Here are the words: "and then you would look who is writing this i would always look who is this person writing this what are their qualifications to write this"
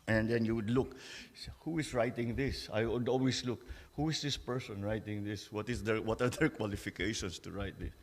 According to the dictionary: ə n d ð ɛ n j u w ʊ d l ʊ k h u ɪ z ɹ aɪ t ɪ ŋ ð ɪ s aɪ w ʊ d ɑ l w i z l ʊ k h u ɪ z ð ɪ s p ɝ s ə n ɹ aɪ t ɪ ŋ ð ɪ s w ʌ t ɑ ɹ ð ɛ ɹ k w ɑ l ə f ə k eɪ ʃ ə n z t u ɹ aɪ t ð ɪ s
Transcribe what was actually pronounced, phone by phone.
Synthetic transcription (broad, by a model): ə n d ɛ n j u w ʊ d l ʊ k h u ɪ s ɹ aɪ t ɪ ŋ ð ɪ s aɪ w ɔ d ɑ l w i s l ʊ k h u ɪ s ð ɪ s p ɝ s ə n ɹ aɪ t ɪ ŋ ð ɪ s w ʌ t ɑ ɹ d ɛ ɹ k w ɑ l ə f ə k eɪ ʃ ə n s t u ɹ aɪ t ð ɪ s